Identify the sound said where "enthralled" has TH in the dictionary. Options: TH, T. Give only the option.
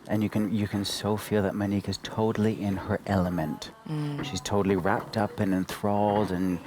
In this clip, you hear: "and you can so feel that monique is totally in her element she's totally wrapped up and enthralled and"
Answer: TH